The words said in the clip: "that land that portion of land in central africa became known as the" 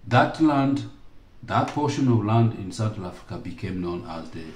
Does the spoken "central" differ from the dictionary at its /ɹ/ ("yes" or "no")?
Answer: yes